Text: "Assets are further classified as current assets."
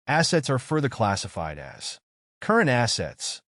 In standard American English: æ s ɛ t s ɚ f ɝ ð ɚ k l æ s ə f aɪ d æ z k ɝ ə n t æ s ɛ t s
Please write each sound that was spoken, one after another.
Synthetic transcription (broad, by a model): æ s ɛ t s ɚ f ɝ ð ɚ k l æ s ə f aɪ d æ z k ɝ ə n t æ s ɛ t s